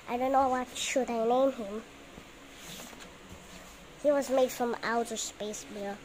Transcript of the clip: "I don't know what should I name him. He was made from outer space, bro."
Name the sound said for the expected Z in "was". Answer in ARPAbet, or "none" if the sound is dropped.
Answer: Z